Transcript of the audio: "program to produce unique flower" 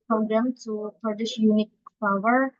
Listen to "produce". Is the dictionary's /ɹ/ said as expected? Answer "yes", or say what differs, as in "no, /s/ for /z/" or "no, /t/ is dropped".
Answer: no, /ɹ/ is dropped